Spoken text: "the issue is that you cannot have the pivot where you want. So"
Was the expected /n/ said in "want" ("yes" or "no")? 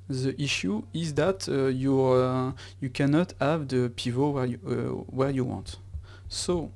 yes